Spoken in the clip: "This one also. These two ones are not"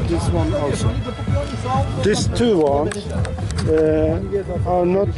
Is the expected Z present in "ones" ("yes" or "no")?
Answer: no